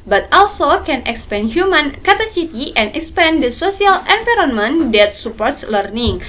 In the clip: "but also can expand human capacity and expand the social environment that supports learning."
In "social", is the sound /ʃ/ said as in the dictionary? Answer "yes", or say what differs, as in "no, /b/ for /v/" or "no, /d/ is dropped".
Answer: no, /s/ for /ʃ/